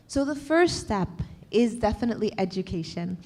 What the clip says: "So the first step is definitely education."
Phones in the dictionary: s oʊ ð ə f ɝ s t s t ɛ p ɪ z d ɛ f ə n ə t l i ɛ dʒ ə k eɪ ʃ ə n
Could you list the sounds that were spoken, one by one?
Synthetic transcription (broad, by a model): s oʊ ð ə f ɝ s t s t ɛ p ɪ z d ɛ f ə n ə t l i ɛ dʒ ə k eɪ ʃ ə n